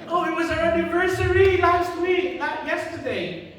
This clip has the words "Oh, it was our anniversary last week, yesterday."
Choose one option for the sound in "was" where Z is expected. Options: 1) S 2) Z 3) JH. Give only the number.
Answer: 2